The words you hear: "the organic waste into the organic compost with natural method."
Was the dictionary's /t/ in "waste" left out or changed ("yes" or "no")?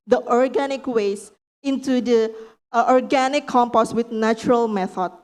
yes